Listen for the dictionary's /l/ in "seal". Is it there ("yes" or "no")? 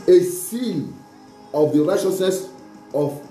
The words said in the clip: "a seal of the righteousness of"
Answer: no